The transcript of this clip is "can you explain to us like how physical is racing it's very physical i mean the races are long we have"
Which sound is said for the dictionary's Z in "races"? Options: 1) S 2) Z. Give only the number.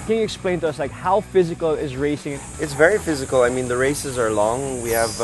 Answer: 2